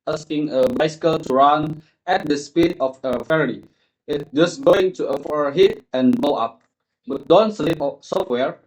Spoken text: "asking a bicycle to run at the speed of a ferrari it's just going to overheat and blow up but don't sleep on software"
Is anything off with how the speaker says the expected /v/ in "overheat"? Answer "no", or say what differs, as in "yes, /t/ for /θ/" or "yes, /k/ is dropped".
yes, /f/ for /v/